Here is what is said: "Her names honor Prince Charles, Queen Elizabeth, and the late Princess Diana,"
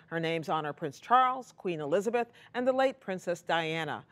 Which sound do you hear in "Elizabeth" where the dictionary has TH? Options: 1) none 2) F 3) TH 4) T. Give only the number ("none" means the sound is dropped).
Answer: 3